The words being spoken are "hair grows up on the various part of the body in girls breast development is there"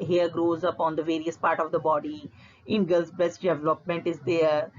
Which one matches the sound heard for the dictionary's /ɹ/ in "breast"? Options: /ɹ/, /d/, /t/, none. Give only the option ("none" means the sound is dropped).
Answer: none